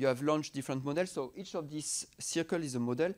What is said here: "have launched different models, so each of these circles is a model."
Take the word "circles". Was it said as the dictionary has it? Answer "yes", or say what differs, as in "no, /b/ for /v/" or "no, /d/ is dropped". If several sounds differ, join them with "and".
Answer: no, /z/ is dropped